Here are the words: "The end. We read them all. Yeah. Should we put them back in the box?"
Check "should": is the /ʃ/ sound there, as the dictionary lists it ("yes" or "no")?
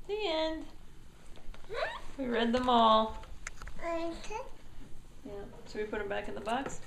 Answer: no